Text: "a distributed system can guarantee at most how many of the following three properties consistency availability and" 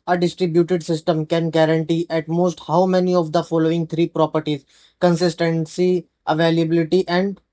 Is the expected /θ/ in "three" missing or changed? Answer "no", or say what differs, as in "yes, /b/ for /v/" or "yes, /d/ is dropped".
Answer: yes, /t/ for /θ/